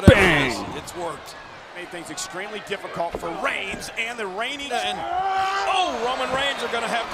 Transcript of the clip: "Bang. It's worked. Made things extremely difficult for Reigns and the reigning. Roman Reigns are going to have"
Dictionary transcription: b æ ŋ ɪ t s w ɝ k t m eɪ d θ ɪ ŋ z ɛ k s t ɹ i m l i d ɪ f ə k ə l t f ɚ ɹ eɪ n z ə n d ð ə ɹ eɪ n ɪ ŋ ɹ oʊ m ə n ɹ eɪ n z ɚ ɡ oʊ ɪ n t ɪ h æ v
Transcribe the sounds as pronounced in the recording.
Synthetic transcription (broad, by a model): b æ ɪ t s w ɝ k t m eɪ d θ ɪ ŋ z ɛ k s t ɹ i m l i d ɪ f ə k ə l t f ɚ ɹ eɪ n z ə n ð ə ɹ eɪ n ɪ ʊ ɹ oʊ m ə n ɹ eɪ n z ɚ ɡ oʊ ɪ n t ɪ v